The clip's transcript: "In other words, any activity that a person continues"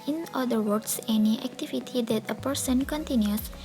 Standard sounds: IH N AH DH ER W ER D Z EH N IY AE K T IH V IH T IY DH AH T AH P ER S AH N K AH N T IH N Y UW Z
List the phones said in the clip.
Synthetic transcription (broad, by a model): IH N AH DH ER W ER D S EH N IY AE K T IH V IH T IY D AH T AH P ER S AH N K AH N T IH N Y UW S